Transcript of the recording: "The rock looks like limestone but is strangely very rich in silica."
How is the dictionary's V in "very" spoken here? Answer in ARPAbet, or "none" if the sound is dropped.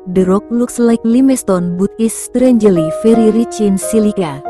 F